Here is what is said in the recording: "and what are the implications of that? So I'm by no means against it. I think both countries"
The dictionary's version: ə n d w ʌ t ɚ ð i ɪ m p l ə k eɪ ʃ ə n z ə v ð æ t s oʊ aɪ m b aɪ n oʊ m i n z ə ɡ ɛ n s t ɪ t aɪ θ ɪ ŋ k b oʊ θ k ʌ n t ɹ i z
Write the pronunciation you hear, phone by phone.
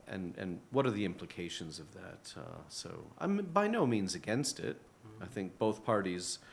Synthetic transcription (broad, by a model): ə n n w ʌ t ɚ ð i ɪ m p l ə k eɪ ʃ ə n z ə v ð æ t s oʊ aɪ m b aɪ n oʊ m i n z ə ɡ ɛ n s t ɪ t aɪ θ ɪ ŋ k b oʊ θ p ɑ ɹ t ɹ i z